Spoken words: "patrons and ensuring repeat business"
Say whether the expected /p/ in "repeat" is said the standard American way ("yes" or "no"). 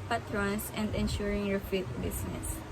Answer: no